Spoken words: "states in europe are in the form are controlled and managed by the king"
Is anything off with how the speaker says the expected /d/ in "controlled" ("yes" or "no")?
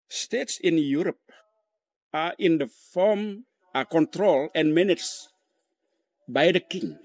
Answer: yes